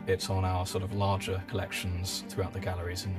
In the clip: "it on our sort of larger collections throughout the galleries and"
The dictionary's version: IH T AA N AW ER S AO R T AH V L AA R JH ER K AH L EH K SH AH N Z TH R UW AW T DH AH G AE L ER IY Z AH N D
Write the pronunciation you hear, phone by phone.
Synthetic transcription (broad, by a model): IH T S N AW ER S AO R T AH V L AA JH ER K AH L EH K SH AH N Z TH R UW AW T DH AH G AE L ER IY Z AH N